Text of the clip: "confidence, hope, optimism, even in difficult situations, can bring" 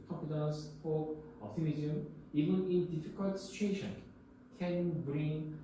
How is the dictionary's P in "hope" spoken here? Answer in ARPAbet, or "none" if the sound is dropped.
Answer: none